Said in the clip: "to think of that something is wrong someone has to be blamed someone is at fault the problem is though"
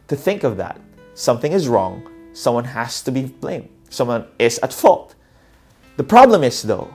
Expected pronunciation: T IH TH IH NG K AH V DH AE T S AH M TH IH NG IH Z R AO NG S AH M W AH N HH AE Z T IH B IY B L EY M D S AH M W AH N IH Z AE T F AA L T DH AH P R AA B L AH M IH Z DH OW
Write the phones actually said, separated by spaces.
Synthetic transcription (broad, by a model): T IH TH IH NG K AH V DH AE T S AH M TH IH NG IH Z R AO NG S AH M W AH N HH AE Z T IH B IY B L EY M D S AH M W AH N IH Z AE T F AA L T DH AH P R AA B L AH M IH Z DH OW